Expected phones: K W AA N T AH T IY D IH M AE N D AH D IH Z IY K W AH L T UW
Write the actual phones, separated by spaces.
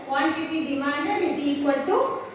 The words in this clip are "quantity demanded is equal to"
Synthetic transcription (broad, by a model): K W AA N T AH T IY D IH M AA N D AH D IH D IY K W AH N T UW